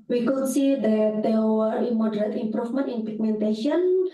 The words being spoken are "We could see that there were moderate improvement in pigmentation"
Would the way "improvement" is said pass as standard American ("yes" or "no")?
no